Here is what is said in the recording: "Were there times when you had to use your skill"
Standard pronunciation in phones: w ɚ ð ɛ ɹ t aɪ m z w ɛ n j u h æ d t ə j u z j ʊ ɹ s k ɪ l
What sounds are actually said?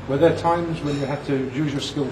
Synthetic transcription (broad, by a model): w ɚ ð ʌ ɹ t aɪ m z w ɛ n j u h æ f t ə j u z j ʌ ɹ s k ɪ l